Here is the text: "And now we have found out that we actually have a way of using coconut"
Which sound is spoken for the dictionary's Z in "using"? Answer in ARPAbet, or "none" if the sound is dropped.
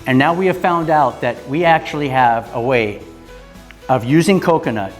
Z